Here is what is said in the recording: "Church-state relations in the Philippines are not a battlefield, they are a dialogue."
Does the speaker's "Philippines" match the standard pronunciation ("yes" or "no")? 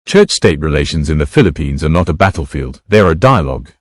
yes